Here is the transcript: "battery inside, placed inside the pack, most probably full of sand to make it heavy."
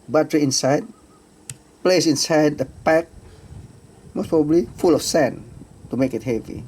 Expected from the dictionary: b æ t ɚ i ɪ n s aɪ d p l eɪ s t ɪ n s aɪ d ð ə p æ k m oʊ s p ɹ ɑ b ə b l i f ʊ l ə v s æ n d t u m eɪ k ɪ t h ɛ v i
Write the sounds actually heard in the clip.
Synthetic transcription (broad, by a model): b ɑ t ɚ i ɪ n s aɪ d p l eɪ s ɪ n s aɪ d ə p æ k m oʊ s p ɹ ɑ b ə b l i f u l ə f s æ n t u m eɪ k ɪ t h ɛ v i